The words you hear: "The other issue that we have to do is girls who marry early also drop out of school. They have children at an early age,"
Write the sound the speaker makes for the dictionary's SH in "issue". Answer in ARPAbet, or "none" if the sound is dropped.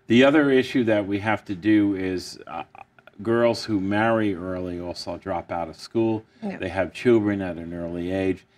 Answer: SH